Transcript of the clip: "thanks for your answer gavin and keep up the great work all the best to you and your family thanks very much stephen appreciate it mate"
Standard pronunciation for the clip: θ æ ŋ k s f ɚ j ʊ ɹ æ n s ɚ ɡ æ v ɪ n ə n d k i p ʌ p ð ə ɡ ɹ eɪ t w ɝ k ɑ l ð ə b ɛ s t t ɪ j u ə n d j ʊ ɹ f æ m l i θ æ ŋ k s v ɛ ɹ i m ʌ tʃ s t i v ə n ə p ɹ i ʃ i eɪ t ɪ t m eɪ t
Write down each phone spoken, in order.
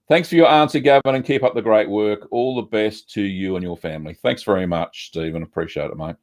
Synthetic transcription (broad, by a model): θ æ ŋ k s f ɚ j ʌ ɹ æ n s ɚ ɡ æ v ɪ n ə n k i p ʌ p ð ə ɡ ɹ eɪ t w ɝ k ɑ l ð ə b ɛ s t t ɪ j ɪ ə n j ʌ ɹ f æ m l i θ æ ŋ k s v ɛ ɹ i m ʌ tʃ s t i v ə n ə p ɹ i ʃ i eɪ t ɪ t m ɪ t